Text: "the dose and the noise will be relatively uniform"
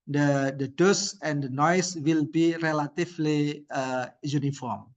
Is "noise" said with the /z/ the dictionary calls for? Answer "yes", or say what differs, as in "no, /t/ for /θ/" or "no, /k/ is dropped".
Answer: no, /s/ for /z/